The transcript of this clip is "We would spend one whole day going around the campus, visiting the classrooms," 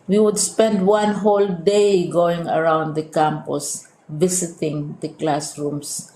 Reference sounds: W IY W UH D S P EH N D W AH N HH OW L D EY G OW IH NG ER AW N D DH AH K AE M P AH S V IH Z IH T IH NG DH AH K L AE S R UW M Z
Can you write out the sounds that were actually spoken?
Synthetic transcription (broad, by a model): W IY W UH D S P EH N D W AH N HH OW L D EY G OW IH NG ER AW N D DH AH K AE M P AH S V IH S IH T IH NG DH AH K L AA S R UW M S